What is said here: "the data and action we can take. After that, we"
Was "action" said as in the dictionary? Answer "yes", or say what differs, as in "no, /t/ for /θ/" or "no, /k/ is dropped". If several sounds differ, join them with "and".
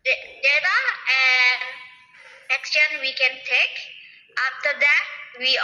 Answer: no, /s/ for /ʃ/